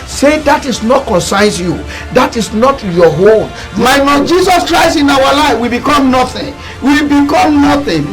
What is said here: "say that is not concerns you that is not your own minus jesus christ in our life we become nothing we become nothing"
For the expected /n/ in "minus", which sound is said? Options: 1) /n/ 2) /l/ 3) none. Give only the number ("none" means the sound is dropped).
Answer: 2